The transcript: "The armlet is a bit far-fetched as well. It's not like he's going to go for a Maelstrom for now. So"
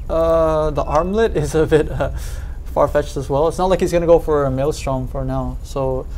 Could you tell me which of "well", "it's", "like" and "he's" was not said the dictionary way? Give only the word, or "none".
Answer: none